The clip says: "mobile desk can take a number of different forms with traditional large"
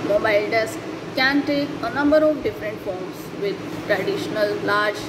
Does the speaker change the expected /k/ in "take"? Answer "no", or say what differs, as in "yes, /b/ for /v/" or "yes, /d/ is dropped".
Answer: no